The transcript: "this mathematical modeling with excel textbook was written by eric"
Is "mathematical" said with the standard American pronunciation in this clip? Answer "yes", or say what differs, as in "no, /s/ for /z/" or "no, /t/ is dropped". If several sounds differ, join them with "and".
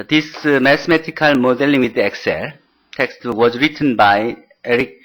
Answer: no, /t/ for /θ/